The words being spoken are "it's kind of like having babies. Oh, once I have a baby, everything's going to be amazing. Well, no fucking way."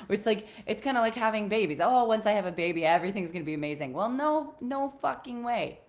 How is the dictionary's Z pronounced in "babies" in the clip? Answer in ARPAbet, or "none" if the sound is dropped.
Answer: Z